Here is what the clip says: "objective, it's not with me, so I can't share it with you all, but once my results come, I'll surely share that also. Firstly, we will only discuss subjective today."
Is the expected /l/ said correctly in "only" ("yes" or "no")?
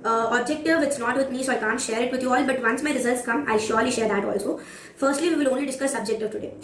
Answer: yes